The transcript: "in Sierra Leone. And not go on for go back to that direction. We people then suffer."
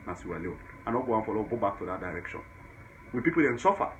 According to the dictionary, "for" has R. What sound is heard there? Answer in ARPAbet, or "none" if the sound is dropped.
L